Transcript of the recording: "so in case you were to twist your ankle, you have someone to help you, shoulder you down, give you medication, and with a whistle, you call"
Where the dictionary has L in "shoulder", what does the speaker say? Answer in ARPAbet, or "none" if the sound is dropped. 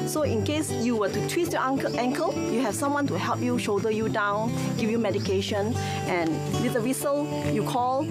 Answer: none